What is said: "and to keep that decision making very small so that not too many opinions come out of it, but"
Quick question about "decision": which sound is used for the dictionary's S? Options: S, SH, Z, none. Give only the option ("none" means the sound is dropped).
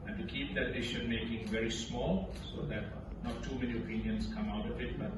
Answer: SH